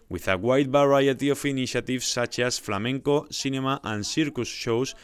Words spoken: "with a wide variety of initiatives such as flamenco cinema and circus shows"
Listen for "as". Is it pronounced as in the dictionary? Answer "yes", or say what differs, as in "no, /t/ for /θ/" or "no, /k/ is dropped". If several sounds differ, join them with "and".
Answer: no, /s/ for /z/